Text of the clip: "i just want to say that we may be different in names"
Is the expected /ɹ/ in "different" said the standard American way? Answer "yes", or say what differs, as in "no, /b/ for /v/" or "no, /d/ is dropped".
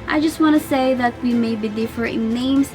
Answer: no, /ɹ/ is dropped